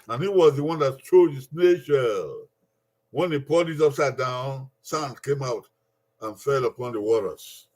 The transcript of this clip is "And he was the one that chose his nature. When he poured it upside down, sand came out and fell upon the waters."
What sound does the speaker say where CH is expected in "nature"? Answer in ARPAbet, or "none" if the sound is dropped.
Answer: SH